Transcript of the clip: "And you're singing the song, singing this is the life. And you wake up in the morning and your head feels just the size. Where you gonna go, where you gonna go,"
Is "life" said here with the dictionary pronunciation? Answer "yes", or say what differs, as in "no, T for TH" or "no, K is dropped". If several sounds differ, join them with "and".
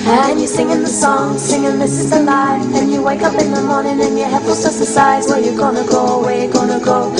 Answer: no, F is dropped